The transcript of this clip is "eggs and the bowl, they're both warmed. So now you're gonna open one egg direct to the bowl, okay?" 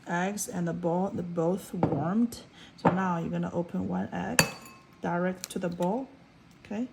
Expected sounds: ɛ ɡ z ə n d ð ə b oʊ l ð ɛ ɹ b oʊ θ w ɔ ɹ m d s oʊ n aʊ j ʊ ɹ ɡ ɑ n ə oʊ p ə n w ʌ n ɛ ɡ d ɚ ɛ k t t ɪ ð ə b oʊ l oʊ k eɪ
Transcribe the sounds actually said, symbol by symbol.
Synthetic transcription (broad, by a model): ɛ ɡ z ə n ð ə b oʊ l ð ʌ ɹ b oʊ θ w ɔ ɹ m d s oʊ n aʊ j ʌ ɹ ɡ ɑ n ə oʊ p ə n w ʌ n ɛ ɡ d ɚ ɛ k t t ɪ ð ə b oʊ l oʊ k eɪ